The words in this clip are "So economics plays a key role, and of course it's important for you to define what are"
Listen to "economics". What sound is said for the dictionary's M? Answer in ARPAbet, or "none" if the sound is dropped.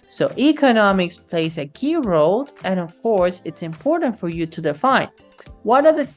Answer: M